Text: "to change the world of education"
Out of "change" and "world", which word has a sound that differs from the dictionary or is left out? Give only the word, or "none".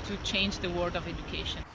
world